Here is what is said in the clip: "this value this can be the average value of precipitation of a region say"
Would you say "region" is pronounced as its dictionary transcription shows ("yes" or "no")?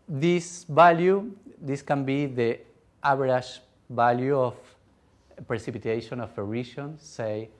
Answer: no